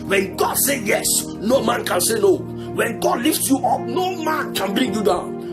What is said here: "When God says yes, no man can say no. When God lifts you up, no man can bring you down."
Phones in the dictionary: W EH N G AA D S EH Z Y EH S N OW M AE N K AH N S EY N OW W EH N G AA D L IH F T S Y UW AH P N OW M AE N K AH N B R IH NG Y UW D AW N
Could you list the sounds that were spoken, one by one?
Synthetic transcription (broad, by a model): W EH N G AA D S EH Y EH S N OW M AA N K AH N S EY N OW W EH N G AA D L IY F T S Y UW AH P N OW M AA N K AH N B R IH NG Y UW D AW N